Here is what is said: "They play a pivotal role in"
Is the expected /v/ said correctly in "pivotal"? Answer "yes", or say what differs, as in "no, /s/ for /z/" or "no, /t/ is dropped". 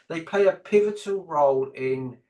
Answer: yes